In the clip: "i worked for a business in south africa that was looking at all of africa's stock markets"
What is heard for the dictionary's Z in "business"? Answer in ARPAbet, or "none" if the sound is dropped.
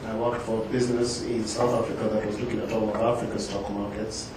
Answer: Z